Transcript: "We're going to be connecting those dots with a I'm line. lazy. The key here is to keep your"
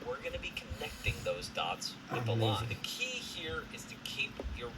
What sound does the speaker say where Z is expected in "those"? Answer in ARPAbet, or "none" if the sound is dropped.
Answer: Z